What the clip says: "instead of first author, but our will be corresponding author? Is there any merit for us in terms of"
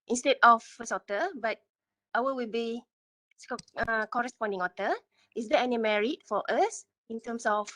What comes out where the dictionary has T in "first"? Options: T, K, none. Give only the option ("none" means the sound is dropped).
none